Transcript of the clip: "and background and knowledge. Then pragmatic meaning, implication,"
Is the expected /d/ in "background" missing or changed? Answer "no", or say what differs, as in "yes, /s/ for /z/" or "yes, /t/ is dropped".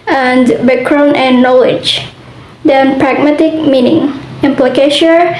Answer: yes, /d/ is dropped